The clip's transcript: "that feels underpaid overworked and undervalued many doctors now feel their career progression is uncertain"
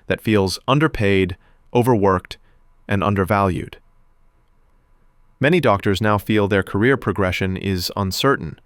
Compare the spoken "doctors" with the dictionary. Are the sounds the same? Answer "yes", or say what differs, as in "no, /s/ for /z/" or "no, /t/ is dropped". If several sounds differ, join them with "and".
yes